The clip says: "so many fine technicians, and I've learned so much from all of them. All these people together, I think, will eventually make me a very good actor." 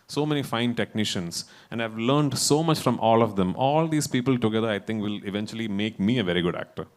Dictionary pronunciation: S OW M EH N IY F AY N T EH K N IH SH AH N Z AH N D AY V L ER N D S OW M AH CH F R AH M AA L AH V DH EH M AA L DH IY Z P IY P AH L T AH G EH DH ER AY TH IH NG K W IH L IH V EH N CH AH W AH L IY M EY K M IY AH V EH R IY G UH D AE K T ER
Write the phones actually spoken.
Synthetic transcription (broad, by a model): S OW M EH N IY F AY N T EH K N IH SH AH N S AH N D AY V L ER N D S OW M AH CH F R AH M AA L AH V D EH M AA L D IY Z P IY P AH L T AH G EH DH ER AY T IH NG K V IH L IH V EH N CH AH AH L IY M EY K M IY AH V EH R IY G UH D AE K T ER